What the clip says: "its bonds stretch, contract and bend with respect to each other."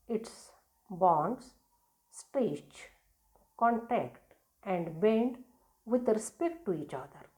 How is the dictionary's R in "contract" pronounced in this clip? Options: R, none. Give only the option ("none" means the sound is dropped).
none